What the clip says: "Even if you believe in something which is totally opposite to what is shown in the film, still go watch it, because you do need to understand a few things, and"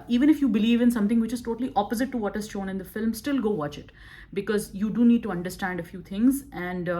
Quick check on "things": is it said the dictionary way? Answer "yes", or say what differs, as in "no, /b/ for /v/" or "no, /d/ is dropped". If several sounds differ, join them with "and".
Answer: no, /t/ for /θ/